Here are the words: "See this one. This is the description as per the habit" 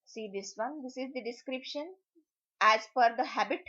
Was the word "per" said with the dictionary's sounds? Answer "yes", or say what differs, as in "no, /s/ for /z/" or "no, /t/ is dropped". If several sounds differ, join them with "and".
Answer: no, /f/ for /p/